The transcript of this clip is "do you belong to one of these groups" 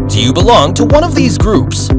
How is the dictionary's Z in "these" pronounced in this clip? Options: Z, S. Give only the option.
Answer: Z